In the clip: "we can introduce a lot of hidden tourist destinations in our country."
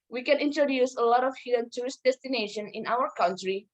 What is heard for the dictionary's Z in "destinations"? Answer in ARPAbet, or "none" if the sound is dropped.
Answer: none